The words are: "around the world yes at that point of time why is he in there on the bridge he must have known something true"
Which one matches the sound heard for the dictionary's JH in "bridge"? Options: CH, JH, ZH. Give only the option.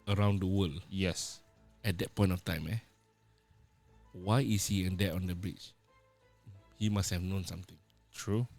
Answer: CH